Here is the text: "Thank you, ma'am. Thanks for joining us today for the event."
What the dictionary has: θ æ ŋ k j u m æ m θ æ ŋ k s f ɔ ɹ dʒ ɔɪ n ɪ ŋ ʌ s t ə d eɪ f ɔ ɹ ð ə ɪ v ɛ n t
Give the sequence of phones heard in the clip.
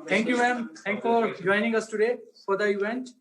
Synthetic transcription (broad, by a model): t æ ŋ k j u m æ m t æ ŋ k f ɔ ɹ dʒ ɔɪ n ɪ ŋ ʌ s t ə d eɪ f ɔ ɹ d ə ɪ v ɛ n t